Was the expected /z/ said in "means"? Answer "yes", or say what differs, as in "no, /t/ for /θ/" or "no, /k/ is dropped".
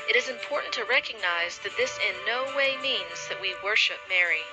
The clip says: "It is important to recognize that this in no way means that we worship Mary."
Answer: yes